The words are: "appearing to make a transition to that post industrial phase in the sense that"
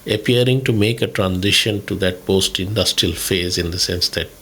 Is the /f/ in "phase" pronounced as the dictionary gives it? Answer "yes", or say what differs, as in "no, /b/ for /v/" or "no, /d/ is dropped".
yes